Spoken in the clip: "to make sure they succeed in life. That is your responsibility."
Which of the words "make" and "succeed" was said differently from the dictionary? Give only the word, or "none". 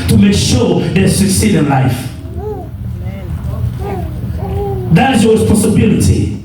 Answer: none